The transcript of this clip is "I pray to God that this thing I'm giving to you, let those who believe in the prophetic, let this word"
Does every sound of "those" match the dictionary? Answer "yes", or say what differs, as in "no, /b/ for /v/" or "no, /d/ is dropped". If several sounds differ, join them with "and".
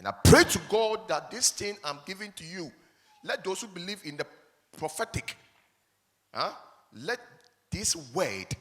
no, /s/ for /z/